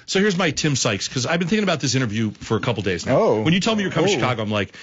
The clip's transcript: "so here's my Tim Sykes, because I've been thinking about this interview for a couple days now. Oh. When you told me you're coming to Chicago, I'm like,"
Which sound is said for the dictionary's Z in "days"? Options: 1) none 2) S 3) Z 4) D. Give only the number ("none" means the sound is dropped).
3